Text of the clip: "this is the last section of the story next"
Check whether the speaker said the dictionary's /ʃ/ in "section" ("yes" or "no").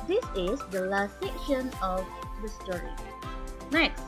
yes